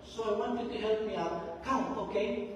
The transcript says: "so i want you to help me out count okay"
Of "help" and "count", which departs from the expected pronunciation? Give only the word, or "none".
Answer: count